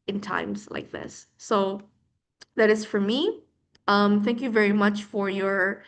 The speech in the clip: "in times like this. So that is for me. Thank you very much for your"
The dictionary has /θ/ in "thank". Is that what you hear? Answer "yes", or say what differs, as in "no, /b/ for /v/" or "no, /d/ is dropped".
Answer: yes